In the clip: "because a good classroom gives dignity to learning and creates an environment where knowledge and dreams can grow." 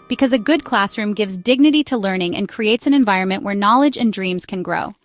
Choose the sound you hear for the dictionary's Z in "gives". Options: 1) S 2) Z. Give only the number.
2